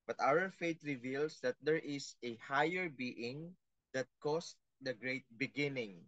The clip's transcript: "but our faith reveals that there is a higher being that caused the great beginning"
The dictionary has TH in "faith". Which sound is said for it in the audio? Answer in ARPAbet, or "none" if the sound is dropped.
T